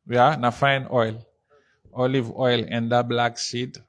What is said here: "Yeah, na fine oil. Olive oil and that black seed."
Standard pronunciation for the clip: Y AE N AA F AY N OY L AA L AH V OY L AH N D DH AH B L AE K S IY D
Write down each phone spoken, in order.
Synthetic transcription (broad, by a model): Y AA N AA F AY N OY L AA L AH V OY L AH N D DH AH B L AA K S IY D